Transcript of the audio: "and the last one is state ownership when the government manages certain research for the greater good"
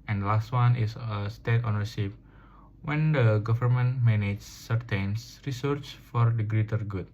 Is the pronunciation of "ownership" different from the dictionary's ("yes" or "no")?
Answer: yes